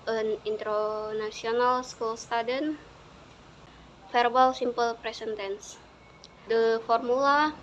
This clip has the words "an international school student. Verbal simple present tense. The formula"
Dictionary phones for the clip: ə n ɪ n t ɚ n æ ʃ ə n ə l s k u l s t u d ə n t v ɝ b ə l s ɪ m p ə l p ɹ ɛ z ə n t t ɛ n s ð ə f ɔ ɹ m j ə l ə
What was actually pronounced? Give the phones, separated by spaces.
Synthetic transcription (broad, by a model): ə n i n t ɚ n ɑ s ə n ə l s k u l s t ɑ d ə n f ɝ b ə l s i m p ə l p ɹ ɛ s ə n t t ɛ n s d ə f ɔ ɹ m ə l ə